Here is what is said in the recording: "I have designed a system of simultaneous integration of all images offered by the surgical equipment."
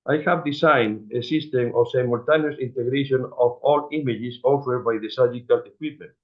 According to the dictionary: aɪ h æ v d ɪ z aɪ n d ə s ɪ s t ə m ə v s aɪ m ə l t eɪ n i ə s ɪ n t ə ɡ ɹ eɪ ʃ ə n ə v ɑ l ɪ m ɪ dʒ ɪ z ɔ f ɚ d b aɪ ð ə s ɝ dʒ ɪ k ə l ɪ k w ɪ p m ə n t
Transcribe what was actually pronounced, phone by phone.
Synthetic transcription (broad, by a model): aɪ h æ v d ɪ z aɪ n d ə s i s t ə m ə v s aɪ m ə l t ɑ n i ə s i n t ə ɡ ɹ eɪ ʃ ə n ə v ɑ l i m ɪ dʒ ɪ s ɔ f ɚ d b aɪ ð ə s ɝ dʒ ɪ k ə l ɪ k w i p m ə n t